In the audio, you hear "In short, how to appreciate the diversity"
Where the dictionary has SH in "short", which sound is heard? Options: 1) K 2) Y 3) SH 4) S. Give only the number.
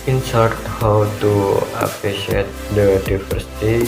4